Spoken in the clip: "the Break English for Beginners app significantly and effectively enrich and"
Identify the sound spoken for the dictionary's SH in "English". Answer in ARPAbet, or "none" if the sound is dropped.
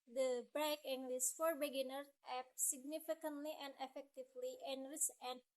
S